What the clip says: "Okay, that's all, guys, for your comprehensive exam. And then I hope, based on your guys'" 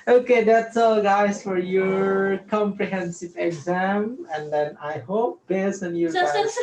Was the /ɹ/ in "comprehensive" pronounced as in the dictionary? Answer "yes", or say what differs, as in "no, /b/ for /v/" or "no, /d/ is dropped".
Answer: yes